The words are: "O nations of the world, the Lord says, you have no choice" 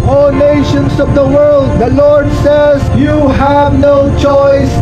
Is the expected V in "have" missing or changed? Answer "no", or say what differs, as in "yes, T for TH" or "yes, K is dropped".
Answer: no